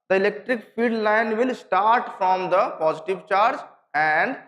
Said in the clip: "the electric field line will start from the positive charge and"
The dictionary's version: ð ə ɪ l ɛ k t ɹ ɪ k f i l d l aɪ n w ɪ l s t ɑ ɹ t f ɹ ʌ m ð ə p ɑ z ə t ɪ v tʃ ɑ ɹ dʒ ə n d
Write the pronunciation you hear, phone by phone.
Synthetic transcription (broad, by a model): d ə ɪ l ɛ k t ɹ ɪ k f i d l aɪ n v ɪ l s t ɑ ɹ t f ɹ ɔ m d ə p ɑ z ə t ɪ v tʃ ɑ ɹ dʒ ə n d